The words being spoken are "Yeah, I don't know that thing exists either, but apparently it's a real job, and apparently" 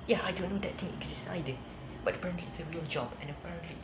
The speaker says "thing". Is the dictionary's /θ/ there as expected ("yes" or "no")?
no